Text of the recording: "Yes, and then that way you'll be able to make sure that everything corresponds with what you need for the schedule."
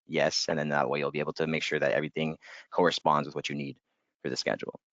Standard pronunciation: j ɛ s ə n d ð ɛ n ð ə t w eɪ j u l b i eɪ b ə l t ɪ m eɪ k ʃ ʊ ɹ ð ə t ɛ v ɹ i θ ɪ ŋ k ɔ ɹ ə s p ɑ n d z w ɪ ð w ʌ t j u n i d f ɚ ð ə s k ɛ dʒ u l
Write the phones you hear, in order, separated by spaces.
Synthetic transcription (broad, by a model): j ɛ s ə n ð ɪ n ð ə t w eɪ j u l b i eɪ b l t ɪ m eɪ k ʃ ʊ ɹ ð ə t ɛ v ɹ i θ ɪ ŋ k ɔ ɹ ə s p ɑ n d z w ɪ ð w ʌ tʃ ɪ n i d f ɚ ð ə s k ɛ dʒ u l